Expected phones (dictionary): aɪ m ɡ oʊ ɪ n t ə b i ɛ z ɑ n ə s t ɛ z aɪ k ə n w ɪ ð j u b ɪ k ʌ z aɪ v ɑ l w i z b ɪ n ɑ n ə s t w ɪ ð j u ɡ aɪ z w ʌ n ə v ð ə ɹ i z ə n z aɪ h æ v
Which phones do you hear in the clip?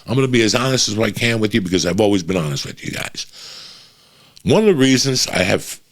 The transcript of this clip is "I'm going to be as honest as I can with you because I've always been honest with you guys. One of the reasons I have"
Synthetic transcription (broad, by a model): aɪ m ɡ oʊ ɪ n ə b i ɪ z ɑ n ə s t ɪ z aɪ k ə n w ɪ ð j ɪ b ɪ k ʌ z aɪ v ɑ l w i z b ɪ n ɑ n ə s t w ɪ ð j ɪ ɡ aɪ z w ʌ n ə v ð ə ɹ i z ə n z aɪ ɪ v